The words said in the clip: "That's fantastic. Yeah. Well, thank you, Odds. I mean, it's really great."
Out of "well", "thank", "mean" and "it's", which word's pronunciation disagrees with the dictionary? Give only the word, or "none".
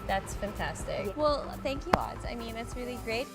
none